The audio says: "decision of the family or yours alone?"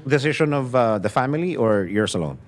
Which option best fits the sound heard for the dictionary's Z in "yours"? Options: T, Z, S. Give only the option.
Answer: S